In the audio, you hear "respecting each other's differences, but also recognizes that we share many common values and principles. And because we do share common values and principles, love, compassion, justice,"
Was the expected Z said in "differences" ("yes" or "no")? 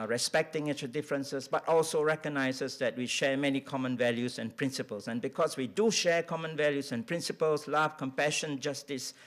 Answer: no